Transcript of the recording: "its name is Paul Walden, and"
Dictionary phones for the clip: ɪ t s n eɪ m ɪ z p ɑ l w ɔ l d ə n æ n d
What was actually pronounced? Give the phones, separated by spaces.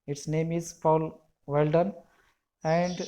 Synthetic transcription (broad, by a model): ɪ t s n eɪ m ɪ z f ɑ l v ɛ l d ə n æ n d